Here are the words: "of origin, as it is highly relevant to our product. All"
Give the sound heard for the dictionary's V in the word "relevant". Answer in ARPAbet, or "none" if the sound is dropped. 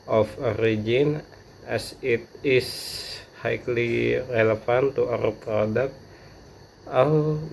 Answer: F